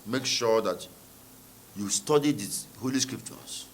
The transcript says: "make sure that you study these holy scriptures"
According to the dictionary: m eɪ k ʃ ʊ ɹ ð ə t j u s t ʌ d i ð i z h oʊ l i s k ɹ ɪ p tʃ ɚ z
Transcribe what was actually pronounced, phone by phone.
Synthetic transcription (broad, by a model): m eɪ k ʃ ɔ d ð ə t j u s t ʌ d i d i h oʊ l i s k ɹ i p tʃ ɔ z